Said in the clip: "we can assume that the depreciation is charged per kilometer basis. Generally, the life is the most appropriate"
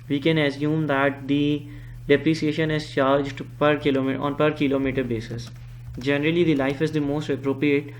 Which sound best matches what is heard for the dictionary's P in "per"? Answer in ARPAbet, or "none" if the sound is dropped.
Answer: P